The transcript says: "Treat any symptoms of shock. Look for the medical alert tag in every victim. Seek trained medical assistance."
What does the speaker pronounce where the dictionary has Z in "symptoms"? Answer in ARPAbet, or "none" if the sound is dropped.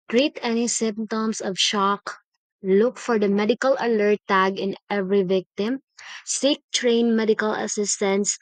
S